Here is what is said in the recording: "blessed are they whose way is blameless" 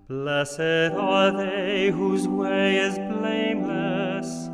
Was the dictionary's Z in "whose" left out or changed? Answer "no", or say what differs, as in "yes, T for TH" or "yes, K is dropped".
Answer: no